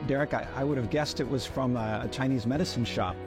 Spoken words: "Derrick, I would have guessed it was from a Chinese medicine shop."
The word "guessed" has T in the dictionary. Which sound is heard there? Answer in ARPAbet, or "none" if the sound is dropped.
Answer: T